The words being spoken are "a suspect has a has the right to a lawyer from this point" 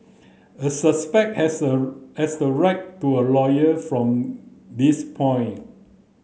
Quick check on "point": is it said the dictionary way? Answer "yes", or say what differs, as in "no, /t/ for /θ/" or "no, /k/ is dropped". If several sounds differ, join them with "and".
no, /t/ is dropped